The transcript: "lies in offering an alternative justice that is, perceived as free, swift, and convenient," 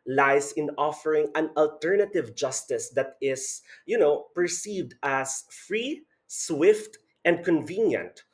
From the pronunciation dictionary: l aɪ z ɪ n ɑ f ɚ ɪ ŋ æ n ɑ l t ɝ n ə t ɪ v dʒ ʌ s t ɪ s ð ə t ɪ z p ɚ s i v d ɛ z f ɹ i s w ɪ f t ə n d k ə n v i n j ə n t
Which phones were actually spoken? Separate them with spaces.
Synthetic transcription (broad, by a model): l aɪ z ɪ n ɑ f ɚ ɪ ŋ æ n ɑ l t ɝ n ə t ɪ v dʒ ʌ s t ɪ s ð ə t ɪ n p ɚ s i v d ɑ s f ɹ i s w ɪ f t ə n d k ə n v i n j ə n t